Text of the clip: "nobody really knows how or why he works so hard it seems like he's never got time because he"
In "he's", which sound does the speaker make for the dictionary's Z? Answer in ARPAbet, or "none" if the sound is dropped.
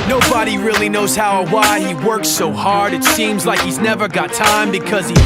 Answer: Z